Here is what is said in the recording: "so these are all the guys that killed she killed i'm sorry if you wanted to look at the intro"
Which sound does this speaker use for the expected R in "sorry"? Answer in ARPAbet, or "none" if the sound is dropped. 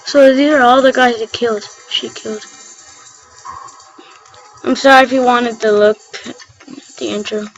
R